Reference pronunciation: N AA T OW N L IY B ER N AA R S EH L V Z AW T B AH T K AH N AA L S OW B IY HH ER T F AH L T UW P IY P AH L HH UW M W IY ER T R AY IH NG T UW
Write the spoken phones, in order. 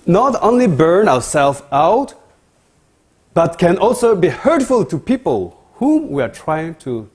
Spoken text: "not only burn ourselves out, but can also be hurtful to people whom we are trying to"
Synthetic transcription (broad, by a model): N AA T OW N L IY B ER N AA R S EH L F AW T B AH T K AH N AA L S OW B IY HH ER T F AH L T UW P IY P AH L HH UW M W IY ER T R AY IH NG T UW